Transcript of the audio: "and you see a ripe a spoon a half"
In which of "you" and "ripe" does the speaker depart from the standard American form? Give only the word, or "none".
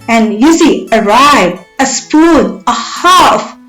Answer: ripe